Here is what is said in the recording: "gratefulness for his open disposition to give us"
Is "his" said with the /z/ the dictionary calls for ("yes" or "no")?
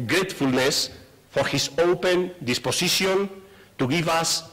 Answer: no